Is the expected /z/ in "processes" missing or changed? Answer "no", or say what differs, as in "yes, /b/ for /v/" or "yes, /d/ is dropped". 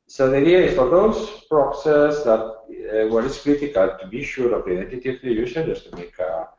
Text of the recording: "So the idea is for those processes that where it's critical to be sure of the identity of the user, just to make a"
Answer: yes, /s/ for /z/